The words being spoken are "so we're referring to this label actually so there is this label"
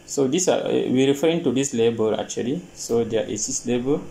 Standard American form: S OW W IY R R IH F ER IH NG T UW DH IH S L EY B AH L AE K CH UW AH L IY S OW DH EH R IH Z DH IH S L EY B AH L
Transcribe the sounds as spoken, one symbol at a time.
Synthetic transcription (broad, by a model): S OW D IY W R IH F ER IH NG T UW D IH S L EY B AH L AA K CH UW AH L IY S OW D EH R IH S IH S L EY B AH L